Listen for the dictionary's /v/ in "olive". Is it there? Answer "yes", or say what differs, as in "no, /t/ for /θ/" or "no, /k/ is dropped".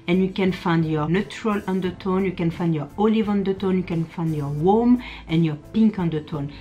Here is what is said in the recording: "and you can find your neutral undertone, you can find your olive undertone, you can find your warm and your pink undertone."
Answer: yes